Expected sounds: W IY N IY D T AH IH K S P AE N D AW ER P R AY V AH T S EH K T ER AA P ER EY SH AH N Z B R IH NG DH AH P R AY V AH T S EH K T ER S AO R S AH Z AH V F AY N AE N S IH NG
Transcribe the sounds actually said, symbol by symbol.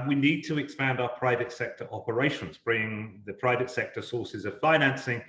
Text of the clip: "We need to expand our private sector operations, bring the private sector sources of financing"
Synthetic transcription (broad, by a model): W IY N IY D T AH IH K S P AE N D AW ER P R AY V AH T S EH K T ER AA P ER EY SH AH N Z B R IH NG DH AH P R AY V AH T S EH K T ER S AO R S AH Z AH V F AY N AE N S IH NG